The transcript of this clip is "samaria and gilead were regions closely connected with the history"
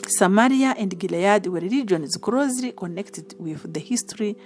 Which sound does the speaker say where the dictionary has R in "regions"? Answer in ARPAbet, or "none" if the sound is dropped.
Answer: L